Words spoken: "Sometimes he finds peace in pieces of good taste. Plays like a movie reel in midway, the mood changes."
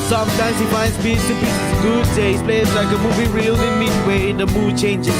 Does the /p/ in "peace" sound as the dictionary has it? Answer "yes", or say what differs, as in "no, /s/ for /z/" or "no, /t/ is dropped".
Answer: no, /b/ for /p/